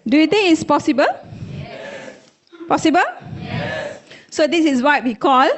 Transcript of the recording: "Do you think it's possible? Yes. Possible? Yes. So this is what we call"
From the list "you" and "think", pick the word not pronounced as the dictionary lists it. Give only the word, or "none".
think